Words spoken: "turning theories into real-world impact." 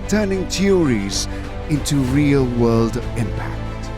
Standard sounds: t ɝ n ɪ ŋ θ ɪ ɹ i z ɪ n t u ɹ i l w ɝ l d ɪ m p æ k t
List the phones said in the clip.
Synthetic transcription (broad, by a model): t ɝ n ɪ ŋ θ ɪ ɹ i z ɪ n t u ɹ i l w ɝ l d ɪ m p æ k t